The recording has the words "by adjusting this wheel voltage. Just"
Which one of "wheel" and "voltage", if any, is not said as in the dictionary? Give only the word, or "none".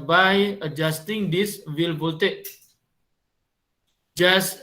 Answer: voltage